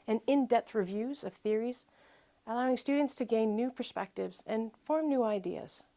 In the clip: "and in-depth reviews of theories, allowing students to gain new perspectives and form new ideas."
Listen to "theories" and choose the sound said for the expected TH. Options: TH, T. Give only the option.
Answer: TH